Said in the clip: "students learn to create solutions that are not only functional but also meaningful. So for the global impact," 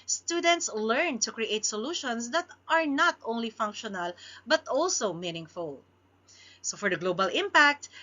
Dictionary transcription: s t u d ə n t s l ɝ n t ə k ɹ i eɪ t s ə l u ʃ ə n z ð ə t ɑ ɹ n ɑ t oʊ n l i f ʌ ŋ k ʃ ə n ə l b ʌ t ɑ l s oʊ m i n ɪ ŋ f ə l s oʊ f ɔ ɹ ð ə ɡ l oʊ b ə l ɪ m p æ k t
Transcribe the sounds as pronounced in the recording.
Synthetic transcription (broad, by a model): s t u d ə n t s l ɝ n t ə k ɹ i eɪ t s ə l u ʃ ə n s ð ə t ɑ ɹ n ɑ t oʊ n l i f ʌ ŋ k ʃ ə n ə l b ʌ t ɑ l s oʊ m i n ɪ ŋ f ə l s oʊ f ɔ ɹ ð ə ɡ l oʊ b ə l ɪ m p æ k t